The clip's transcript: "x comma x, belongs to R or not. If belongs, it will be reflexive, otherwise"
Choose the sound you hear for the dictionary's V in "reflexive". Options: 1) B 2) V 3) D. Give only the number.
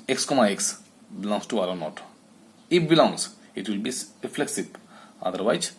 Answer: 1